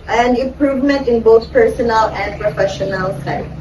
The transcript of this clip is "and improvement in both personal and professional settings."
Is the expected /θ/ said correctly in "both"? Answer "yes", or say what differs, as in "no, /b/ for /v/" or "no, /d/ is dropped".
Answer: no, /t/ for /θ/